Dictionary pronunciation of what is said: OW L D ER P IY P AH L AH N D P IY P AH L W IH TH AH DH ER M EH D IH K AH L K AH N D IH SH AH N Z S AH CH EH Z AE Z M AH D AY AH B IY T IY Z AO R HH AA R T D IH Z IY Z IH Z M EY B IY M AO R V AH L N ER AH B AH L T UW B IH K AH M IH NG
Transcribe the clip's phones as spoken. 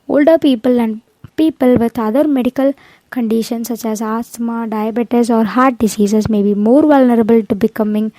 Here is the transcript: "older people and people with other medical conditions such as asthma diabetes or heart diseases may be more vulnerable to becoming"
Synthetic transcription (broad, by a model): OW L D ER P IY P AH L AH N D P IY P AH L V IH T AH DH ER M EH D IH K AH L K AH N D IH SH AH N S AH CH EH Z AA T M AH D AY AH B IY T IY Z AO R HH AA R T D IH S IY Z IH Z M EY B IY M AO R V AH L N ER AH B AH L T UW B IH K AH M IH NG